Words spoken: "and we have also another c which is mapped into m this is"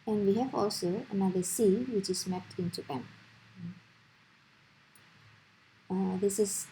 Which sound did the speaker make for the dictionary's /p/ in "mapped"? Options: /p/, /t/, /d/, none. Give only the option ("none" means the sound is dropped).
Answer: none